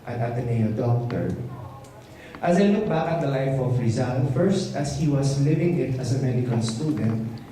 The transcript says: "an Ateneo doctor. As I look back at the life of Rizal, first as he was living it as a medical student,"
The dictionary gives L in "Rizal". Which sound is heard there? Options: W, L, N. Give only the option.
N